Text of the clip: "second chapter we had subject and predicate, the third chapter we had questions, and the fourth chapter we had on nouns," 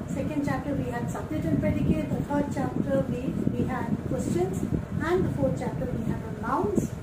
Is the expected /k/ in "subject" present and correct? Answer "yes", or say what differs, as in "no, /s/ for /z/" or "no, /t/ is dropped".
no, /k/ is dropped